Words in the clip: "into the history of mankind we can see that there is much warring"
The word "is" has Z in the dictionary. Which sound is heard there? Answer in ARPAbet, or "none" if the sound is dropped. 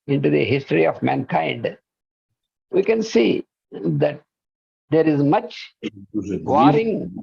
Z